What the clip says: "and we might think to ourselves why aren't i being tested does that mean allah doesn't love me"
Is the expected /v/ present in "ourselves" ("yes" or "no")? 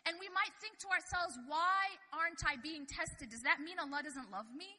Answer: yes